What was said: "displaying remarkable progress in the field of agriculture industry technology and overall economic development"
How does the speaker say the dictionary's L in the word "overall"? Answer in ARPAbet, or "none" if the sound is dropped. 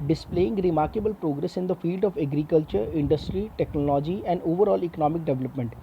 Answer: L